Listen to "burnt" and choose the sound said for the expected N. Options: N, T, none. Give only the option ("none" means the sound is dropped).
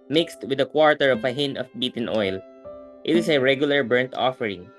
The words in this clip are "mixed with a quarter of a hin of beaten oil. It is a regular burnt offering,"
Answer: N